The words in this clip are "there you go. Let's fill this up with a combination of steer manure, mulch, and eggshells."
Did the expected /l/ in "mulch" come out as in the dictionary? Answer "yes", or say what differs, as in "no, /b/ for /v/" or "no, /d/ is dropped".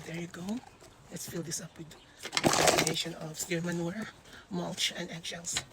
yes